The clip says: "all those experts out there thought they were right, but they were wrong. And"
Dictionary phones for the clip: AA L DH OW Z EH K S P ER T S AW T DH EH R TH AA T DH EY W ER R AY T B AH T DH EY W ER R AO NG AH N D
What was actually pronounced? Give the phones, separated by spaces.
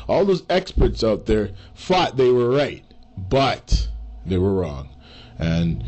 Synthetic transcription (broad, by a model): AA L DH OW Z EH K S P ER T S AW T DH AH R F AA T DH EY W ER R AY T B AH T DH EY W ER R AO NG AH N